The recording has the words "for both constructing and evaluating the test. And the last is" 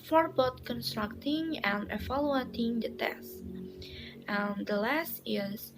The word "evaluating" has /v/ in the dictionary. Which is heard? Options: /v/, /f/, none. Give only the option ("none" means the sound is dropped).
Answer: /f/